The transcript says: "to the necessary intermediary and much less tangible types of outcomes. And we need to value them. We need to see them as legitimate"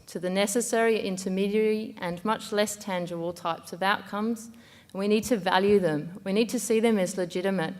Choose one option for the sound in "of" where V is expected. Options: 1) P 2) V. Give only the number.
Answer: 2